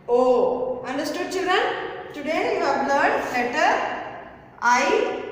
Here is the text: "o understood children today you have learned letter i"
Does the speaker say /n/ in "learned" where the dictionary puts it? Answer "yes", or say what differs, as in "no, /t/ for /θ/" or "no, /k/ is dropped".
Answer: no, /n/ is dropped